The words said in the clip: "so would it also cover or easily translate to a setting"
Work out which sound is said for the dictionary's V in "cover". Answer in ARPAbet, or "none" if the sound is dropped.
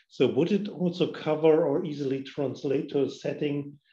V